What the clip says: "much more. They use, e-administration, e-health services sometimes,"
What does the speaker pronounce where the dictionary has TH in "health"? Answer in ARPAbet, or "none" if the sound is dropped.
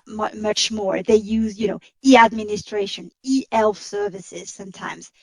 F